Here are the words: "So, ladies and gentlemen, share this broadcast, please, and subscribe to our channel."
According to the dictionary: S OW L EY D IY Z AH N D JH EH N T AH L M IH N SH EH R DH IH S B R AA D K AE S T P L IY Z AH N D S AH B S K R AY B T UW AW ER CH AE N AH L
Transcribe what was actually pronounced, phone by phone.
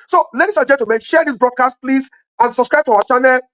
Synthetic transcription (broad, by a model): S OW L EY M IY S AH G JH EH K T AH M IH SH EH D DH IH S B R AA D K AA S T P L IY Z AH N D S AH B S K R AY B T UW AW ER CH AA N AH L